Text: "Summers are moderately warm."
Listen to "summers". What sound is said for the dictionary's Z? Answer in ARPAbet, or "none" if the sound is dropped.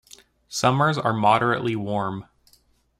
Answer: Z